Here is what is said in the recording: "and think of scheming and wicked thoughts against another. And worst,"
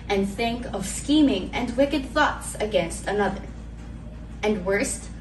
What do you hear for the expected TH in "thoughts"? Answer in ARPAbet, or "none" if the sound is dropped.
TH